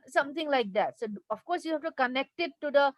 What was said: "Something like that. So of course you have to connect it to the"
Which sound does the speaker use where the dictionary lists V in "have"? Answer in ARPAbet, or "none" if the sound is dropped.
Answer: F